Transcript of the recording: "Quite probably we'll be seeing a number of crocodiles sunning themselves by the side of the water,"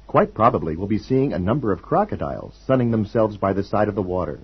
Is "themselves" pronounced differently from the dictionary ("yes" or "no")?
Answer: no